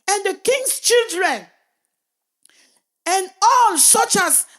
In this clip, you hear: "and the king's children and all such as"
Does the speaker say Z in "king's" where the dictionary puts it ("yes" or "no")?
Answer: no